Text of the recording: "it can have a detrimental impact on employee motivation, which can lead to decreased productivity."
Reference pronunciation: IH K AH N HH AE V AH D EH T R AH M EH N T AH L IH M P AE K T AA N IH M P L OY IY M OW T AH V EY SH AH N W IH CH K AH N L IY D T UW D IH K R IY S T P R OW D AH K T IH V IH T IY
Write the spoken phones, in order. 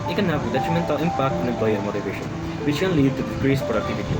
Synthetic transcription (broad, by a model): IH K AH N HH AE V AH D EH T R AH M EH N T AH IH M P AE K T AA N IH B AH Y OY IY M OW T AH V EY SH AH N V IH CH K AH N L IY D T UW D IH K R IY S P R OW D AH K T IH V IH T IY